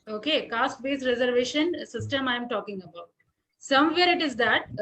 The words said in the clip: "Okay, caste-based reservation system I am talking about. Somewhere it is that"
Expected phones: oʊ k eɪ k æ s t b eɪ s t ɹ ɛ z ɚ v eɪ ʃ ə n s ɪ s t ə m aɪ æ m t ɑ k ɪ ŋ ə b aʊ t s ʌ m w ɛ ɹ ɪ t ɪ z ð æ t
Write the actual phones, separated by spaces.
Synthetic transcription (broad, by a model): oʊ k eɪ k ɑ s t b eɪ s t ɹ ɛ z ɚ v eɪ ʃ ə n s ɪ s t ə m aɪ m t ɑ k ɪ ŋ ə b aʊ t s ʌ m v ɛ ɹ ɪ t ɪ z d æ t